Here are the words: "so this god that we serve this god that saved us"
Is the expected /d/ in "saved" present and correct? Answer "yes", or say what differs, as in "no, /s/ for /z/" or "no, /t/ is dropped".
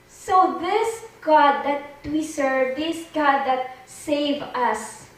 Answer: no, /d/ is dropped